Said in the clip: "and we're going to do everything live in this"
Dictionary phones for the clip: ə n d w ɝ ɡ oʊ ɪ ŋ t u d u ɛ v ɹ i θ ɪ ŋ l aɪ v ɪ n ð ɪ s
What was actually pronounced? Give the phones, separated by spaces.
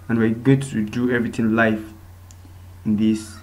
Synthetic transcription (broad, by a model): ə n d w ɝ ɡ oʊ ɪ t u d u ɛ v ɹ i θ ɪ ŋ l aɪ f ɪ n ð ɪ s